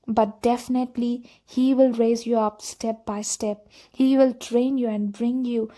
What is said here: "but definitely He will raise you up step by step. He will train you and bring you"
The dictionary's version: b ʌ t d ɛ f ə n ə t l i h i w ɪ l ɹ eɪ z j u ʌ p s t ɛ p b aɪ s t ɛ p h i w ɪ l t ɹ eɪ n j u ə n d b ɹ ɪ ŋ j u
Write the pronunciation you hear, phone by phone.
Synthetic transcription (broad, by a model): b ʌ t d ɛ f ə n ə t l i h i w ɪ l ɹ eɪ z j u ʌ p s t ɛ p b aɪ s t ɛ p h i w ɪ l t ɹ eɪ n j u ə n d b ɹ ɪ ŋ j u